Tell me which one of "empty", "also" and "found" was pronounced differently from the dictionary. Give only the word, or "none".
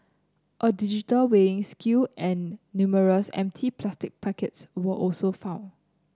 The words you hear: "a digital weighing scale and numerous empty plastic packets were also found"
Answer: found